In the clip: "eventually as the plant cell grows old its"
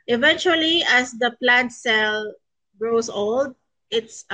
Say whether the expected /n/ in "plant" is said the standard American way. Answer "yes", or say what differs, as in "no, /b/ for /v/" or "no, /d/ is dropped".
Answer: yes